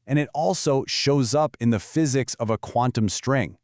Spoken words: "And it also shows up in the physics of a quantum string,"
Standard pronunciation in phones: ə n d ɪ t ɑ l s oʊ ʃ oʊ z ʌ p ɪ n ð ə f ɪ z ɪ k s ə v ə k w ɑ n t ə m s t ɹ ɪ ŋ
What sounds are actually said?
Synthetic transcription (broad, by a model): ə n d ɪ t ɑ l s oʊ ʃ oʊ z ʌ p ɪ n ð ə f ɪ z ɪ k s ə v ə k w ɑ n t ə m s t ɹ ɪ ŋ